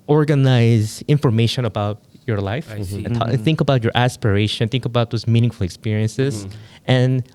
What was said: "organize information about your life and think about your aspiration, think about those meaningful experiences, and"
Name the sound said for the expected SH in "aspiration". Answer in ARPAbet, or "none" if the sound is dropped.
none